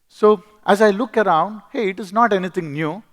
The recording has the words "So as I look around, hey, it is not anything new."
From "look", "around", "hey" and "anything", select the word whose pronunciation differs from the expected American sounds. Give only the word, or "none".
anything